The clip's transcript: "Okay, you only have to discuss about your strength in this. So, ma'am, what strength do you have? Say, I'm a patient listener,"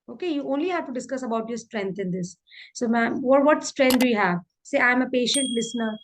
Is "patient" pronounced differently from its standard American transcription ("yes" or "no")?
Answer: no